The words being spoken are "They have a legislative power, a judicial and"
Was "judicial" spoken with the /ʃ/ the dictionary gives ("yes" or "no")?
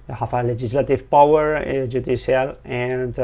no